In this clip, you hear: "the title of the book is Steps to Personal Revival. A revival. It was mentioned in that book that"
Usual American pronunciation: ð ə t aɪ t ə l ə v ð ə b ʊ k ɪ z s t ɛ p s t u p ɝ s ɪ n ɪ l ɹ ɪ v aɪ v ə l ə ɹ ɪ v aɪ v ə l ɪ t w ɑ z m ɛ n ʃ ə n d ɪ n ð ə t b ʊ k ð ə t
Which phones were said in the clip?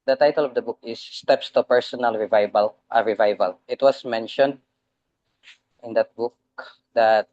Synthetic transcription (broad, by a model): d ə t aɪ t ə l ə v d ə b ʊ k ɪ s t ɛ p s t u p ɝ s ɪ n ɪ l ɹ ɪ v aɪ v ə l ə ɹ ɪ v aɪ v ə l ɪ t w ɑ s m ɛ n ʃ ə n d ɪ n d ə t b ʊ k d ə t